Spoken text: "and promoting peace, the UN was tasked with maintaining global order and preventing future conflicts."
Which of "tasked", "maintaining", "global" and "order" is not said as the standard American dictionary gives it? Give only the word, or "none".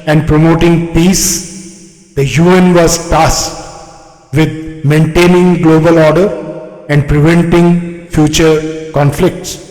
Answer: tasked